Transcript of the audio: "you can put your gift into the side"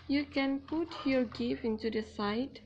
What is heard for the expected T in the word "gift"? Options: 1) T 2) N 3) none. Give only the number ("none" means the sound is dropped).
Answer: 3